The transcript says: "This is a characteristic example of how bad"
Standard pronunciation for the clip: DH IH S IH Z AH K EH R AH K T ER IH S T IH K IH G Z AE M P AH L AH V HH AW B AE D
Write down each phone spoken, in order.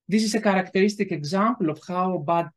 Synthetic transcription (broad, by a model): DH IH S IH S AH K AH R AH K T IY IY S T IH K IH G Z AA M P L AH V HH AW B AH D